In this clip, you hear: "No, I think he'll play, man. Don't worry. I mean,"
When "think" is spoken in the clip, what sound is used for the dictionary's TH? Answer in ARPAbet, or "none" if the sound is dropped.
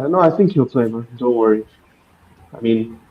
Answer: TH